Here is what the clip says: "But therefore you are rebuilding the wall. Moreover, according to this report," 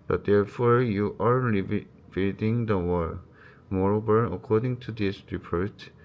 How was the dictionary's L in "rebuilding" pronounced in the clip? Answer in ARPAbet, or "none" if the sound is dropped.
none